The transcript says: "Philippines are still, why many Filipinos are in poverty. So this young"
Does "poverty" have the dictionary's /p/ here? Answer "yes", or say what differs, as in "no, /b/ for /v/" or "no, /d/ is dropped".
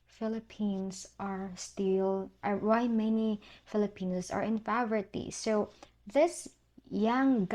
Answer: no, /f/ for /p/